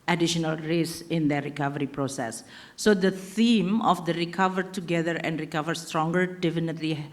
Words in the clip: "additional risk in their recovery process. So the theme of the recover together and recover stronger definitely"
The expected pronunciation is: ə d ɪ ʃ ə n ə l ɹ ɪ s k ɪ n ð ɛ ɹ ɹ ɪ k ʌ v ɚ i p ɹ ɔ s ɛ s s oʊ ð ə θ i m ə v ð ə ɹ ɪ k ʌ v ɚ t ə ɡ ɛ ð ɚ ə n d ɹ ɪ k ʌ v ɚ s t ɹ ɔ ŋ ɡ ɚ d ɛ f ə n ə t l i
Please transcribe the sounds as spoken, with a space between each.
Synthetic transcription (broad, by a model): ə d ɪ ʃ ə n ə l ɹ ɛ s ɪ n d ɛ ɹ ɹ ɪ k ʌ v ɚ i p ɹ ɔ s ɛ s s oʊ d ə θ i m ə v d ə ɹ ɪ k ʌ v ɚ t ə ɡ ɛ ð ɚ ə n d ɹ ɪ k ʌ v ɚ s t ɹ ɔ ŋ ɡ ɚ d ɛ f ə n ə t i